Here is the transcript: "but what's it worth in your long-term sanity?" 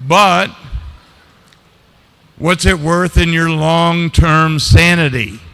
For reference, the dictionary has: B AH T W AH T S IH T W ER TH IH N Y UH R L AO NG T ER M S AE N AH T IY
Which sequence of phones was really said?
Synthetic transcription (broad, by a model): B AH T W AH T S IH T W ER TH IH N Y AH R L AO NG T ER M S AE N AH T IY